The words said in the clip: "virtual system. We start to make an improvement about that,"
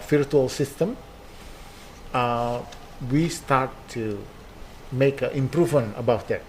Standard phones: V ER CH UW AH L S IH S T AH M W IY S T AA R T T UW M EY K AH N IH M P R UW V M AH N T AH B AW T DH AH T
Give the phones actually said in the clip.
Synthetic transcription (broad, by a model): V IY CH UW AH L S IH S T AH M W IY S T AA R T T UW M EY K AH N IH M P R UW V M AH N AH B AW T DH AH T